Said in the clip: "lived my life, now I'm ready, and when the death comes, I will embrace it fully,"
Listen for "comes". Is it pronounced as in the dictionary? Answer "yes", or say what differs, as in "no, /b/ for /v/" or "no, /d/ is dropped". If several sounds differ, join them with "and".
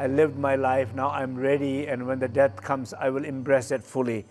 no, /s/ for /z/